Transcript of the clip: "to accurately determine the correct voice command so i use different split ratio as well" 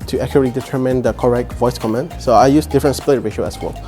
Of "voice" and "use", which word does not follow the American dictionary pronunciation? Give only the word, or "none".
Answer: none